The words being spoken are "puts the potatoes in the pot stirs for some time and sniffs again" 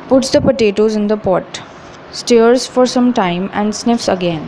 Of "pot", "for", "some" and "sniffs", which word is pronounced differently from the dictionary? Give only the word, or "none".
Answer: none